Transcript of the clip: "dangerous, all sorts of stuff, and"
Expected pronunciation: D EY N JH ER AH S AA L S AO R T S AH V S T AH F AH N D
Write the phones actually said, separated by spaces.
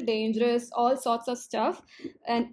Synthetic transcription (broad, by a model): D EY N JH ER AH S AA L S AO R T S AH V S T AH F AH N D